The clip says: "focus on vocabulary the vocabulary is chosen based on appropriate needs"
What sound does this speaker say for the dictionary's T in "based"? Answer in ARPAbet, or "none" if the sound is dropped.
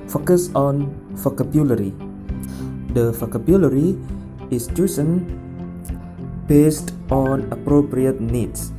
T